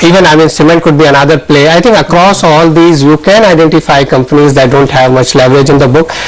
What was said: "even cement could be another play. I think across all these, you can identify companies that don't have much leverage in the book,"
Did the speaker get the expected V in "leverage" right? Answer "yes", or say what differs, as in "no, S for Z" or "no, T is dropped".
yes